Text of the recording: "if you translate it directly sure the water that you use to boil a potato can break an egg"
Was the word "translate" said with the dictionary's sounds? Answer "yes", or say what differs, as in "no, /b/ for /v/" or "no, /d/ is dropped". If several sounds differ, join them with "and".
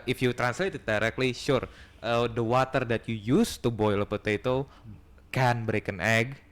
yes